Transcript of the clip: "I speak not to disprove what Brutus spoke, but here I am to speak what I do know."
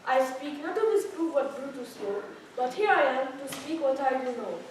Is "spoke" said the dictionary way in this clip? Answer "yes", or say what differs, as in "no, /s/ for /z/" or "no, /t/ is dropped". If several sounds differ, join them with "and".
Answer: no, /p/ is dropped